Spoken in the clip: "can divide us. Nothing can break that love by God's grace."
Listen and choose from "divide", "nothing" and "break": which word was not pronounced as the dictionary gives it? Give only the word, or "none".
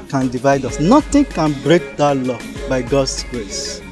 nothing